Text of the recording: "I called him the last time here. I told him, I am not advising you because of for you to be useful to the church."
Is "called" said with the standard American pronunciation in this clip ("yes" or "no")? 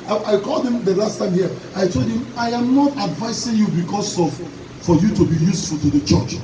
yes